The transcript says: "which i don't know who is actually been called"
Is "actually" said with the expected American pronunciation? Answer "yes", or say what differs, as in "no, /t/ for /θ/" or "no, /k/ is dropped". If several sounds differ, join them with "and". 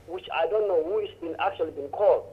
yes